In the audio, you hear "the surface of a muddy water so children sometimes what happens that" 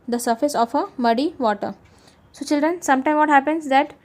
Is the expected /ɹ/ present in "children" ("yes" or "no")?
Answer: yes